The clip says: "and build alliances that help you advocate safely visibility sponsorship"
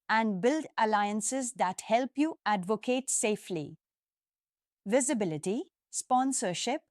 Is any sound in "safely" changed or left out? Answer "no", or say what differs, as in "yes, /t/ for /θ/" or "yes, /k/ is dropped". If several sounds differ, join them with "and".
no